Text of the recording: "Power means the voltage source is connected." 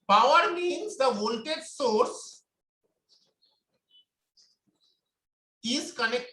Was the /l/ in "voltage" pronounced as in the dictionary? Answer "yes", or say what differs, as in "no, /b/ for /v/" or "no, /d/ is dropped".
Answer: no, /n/ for /l/